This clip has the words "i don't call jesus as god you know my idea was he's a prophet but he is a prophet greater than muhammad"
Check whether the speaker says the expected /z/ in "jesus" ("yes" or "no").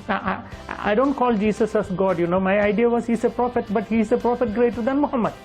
no